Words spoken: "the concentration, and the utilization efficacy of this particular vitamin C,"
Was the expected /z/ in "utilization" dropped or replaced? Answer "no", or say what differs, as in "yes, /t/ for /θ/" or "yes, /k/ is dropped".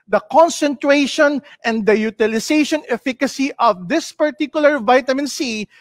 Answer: yes, /s/ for /z/